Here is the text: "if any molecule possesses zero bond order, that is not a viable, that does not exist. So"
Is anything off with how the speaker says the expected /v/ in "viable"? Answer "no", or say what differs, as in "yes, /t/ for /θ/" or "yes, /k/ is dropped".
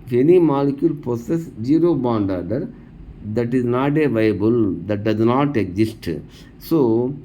no